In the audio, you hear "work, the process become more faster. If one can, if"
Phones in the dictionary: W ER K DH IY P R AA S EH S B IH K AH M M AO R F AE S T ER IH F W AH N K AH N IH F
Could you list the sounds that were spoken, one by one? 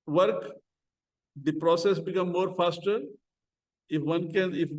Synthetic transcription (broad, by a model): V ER K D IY P R AA S EH S B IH K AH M M AO R F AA S T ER IH F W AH N K AH N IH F